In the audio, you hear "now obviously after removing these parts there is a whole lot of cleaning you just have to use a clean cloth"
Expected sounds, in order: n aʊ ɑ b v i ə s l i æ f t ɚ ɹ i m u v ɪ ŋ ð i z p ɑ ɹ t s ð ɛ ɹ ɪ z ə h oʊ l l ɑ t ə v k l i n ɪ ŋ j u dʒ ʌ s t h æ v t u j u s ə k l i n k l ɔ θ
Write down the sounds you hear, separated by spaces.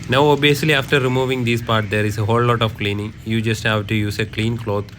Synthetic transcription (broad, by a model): n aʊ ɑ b i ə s l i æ f t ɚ ɹ i m u v ɪ ŋ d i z p ɑ ɹ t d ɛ ɹ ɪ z ə h oʊ l l ɑ t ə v k l i n ɪ ŋ j u dʒ ʌ s t h æ v t u j u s ə k l i n k l ɔ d